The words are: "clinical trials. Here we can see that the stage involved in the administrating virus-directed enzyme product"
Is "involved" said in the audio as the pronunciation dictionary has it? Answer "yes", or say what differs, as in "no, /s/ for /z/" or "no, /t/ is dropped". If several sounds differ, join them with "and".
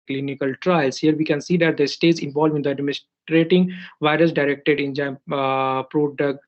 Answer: no, /d/ is dropped